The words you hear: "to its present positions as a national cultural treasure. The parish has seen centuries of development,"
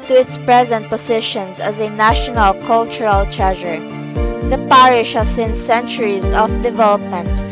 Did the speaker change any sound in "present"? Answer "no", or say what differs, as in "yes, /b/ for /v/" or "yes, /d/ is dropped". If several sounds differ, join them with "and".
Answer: no